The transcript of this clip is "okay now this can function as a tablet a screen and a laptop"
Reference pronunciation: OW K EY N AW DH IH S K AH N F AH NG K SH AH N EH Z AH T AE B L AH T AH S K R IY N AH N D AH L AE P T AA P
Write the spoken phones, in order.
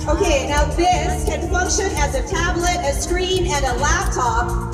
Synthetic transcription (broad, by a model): OW K EY N AW DH IH S K AH N F AH NG K SH AH N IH Z AH T AE B L AH T AH S K R IY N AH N AH L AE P T AA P